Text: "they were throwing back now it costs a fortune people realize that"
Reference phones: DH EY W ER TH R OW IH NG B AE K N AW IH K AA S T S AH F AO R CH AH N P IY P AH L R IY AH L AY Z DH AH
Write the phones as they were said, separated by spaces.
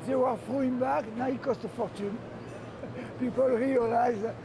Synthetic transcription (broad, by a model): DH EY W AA F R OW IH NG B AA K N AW IH K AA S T AH F AO R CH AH N P IY P AH L R IY AH L AY Z